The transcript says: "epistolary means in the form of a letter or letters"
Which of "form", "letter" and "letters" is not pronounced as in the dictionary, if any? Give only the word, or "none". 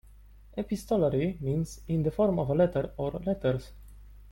letters